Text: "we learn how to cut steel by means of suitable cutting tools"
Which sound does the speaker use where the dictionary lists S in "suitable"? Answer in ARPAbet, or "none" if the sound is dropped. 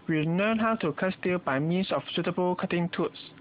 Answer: S